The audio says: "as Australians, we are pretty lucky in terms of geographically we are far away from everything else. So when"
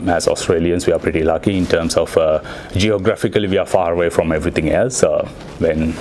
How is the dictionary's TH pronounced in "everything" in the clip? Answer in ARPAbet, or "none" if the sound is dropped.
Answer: T